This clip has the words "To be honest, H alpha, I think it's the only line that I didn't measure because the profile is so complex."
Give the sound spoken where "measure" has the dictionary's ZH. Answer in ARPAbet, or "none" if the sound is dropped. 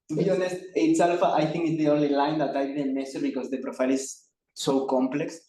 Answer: S